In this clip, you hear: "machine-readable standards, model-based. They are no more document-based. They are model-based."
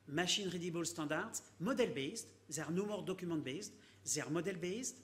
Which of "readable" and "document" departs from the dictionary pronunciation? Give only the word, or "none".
document